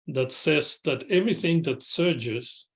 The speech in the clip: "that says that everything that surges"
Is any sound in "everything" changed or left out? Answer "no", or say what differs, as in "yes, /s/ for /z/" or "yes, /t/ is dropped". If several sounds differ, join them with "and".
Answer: no